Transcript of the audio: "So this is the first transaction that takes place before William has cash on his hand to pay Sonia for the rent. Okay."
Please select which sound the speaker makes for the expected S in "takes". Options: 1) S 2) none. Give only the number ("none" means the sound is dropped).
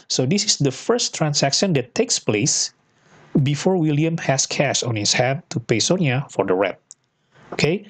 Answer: 1